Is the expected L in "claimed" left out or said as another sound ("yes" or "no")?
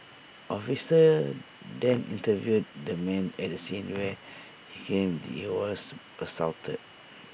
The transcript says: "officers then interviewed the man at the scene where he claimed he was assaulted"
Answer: yes